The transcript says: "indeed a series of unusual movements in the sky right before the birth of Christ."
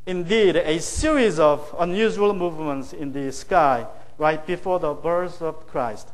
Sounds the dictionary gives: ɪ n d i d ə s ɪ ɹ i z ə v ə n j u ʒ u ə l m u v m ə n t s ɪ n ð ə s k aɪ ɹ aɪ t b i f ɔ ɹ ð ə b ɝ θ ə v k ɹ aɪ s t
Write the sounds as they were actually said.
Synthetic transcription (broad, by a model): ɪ n d i d ə s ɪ ɹ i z ə v ə n j u ʒ u ə l m u v m ə n t s ɪ n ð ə s k aɪ ɹ aɪ t b i f ɔ ɹ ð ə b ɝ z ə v k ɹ aɪ s t